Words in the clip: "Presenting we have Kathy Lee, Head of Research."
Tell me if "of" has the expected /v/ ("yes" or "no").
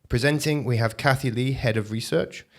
yes